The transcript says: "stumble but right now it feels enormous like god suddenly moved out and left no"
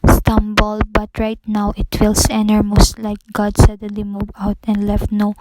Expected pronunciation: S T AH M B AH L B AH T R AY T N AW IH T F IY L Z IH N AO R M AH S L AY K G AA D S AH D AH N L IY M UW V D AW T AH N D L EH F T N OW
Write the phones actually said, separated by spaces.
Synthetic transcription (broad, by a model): S T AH M B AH L B AH T R AY T N AW IH T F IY L S IH N AO R M AH S L AY K G AA D S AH D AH N L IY M UW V AW T AH N D L EH F T N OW